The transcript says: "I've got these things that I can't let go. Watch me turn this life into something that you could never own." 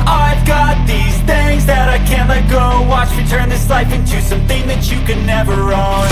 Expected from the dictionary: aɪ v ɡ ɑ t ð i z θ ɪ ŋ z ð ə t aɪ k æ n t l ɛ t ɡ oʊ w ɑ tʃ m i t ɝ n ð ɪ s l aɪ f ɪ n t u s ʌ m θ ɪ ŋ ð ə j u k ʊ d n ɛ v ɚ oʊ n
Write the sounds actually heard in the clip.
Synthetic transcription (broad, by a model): aɪ v ɡ ɑ t ð i z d ɪ z ð ə t aɪ k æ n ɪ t ɡ oʊ w ɑ tʃ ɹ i t ɝ n ð ɪ s l aɪ f ɪ n t u s ʌ m θ ɪ ŋ ð ə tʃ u k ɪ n ɛ v ɚ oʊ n